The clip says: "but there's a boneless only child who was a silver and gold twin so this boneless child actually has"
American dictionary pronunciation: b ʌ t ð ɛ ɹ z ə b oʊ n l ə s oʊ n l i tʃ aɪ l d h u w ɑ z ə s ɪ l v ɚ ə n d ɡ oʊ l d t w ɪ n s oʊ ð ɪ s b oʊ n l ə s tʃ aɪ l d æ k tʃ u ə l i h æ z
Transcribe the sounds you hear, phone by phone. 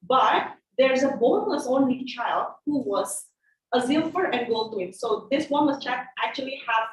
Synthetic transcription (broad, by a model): b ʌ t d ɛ ɹ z ə b oʊ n ə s oʊ n l i tʃ aɪ l d h u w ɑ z ə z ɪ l f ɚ ə n d ɡ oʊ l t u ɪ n s oʊ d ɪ s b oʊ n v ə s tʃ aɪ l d æ k tʃ u ə l i h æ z